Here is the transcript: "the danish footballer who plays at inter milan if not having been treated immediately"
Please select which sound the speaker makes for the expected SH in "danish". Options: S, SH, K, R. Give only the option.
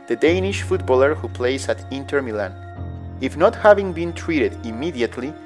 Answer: SH